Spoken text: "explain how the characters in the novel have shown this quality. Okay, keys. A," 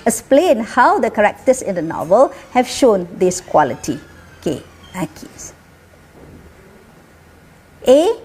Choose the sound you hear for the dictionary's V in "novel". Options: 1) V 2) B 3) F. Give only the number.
1